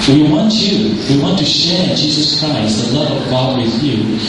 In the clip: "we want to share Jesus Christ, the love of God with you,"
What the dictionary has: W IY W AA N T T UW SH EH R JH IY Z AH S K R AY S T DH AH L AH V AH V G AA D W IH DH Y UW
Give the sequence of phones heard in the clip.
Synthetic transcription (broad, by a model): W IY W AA N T T UW SH EH R JH IY Z AH S K R AY S T DH AH L AH V AH V G AA D W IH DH Y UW